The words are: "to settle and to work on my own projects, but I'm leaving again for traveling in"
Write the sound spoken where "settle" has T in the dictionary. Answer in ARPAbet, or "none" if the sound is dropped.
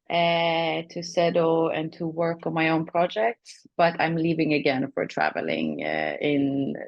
S